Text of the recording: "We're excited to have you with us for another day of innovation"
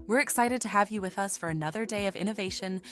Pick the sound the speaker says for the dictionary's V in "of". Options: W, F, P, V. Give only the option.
V